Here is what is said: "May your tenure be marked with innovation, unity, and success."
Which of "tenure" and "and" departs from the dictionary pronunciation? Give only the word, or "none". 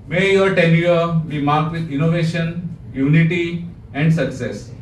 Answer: tenure